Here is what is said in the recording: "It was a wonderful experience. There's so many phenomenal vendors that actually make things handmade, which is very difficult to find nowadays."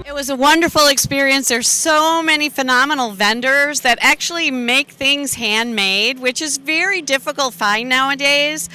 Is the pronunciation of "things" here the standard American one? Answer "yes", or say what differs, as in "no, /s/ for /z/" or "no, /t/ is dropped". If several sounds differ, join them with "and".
yes